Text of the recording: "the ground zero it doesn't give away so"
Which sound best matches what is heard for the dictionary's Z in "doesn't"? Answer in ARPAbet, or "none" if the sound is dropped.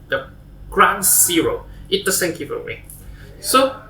S